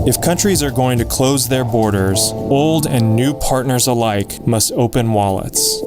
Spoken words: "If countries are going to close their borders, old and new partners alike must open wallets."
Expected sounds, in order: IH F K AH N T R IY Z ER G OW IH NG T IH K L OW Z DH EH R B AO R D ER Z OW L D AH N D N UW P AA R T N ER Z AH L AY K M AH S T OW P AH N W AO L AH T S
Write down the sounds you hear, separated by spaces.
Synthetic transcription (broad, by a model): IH F K AH N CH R IY Z ER G OW IH NG T IH K L OW Z DH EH R B AO R D ER Z OW L D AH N N UW P AA R T N ER Z AH L AY K M AH S T OW P AH N W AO L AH T S